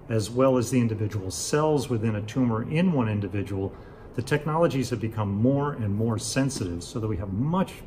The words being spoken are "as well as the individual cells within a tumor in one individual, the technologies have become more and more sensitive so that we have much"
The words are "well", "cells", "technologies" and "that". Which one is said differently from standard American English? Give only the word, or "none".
none